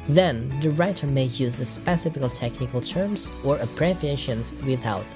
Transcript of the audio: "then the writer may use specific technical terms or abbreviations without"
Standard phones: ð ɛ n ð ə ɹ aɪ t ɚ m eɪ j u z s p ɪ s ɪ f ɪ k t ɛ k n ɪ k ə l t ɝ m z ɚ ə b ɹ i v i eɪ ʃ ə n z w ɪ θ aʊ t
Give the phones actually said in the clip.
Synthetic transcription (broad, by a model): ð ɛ n ð ə ɹ aɪ t ɚ m eɪ j u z s p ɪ s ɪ f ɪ k t ɛ k n ɪ k ə l t ɝ m z ɚ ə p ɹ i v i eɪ ʃ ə n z w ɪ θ aʊ t